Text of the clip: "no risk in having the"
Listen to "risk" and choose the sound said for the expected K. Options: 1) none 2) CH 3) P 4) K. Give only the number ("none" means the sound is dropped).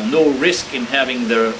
4